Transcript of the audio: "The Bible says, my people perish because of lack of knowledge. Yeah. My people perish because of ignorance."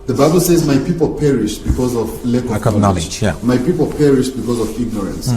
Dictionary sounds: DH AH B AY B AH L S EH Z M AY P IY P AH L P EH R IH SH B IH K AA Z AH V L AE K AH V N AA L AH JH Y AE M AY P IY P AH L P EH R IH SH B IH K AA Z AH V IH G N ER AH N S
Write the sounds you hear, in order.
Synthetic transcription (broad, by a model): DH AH B AY B AH L S EH Z M AY P IY P AH L P EH R IH SH B IH K AA Z AH V L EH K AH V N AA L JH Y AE M AY P IY P AH L P EH R IH SH B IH K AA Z AH V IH G N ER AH N S